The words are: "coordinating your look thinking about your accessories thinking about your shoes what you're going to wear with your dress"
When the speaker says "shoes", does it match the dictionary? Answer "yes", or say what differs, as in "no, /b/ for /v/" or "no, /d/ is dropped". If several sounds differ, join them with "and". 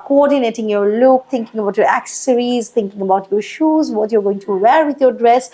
yes